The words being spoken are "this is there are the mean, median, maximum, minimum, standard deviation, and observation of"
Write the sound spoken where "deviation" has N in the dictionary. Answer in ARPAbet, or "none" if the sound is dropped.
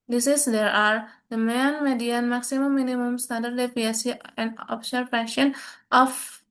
none